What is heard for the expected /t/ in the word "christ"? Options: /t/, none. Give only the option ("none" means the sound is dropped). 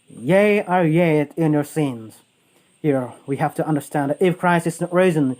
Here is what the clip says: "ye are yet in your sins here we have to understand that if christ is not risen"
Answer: none